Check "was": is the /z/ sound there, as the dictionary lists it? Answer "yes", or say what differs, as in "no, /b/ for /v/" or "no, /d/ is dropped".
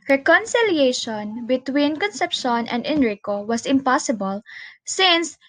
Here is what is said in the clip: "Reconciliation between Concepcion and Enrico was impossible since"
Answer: no, /s/ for /z/